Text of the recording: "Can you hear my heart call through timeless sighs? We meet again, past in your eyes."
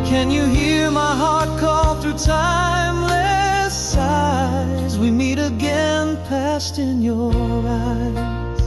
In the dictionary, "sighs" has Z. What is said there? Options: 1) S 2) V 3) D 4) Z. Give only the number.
4